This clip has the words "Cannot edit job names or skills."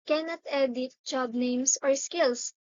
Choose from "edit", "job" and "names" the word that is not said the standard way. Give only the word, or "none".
names